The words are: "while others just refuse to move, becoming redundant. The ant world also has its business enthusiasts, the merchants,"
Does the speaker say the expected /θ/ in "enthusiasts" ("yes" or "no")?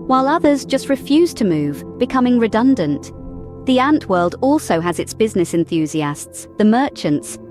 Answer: yes